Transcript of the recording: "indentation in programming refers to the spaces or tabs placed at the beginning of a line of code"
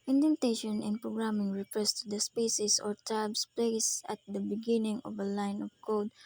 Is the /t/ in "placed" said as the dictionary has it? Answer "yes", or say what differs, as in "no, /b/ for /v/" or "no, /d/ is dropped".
no, /t/ is dropped